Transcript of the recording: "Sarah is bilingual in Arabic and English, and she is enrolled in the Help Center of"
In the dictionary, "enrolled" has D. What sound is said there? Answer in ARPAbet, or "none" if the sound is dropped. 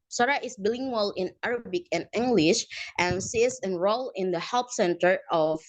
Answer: none